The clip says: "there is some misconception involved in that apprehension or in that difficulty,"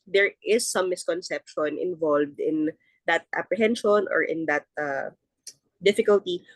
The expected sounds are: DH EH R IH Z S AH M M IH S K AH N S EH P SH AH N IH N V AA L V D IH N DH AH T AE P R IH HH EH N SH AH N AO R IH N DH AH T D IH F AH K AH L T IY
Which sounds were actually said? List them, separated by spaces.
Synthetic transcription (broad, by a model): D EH R IH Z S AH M M IH S K AH N S EH P SH AH N IH N V AA L V D IH N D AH T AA P R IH HH EH N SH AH N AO R IH N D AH T D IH F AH K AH L T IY